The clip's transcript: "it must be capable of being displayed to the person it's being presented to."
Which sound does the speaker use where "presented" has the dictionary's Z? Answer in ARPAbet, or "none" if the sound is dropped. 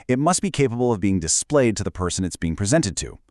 Z